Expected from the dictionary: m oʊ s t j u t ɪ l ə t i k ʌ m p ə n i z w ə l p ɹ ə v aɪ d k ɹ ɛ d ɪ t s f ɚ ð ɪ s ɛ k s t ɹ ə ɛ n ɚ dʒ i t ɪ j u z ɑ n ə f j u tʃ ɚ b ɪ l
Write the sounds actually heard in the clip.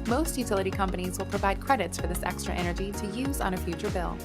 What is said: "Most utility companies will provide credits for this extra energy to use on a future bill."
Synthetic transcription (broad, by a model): m oʊ s t j u t ɪ l ə t i k ʌ m p ə n i z w ə l p ɹ ə v aɪ d k ɹ ɛ d ɪ t s f ɚ ð ɪ s ɛ k s t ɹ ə ɛ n ɚ dʒ i t ɪ j u z n ə f j u tʃ ɚ b ɪ l